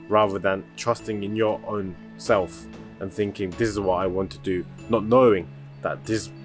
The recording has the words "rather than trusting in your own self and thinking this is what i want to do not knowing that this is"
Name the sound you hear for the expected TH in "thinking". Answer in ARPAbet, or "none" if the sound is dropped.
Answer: TH